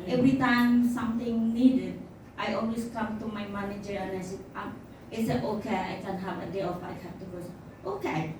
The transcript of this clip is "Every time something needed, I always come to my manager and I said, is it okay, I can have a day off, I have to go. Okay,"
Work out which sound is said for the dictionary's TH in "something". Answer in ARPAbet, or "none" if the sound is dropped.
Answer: T